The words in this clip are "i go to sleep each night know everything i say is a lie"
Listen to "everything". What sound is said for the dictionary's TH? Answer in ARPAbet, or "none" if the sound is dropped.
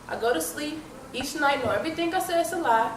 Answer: T